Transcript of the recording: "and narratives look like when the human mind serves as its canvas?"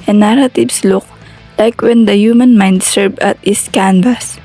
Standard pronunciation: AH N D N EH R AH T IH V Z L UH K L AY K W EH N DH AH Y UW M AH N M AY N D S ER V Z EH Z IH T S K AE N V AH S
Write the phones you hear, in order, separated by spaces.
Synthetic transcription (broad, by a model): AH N N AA R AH T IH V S L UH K L AY K W EH N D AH Y UW M AH N M AY N D S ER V AA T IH S K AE N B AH S